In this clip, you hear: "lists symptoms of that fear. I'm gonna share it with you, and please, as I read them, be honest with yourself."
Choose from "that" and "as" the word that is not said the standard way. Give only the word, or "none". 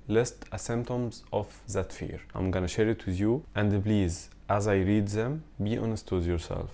none